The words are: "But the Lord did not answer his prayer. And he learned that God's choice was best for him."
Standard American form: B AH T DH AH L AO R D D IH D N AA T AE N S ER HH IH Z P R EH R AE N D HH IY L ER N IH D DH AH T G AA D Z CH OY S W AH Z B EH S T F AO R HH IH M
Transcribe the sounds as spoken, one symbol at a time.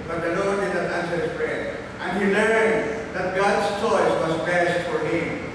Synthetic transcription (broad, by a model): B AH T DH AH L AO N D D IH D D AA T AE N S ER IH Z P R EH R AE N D HH IY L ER IH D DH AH T G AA D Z CH OY S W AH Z B EH S T F AO R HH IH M